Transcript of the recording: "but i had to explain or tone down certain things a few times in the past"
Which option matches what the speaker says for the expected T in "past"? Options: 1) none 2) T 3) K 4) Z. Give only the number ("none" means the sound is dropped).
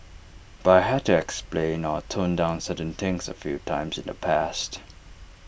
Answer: 2